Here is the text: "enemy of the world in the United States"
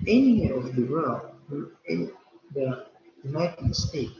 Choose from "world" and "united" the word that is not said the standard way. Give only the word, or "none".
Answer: world